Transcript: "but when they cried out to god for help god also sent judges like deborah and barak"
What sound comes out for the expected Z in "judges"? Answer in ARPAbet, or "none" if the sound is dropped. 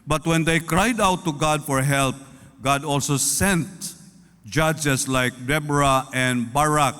S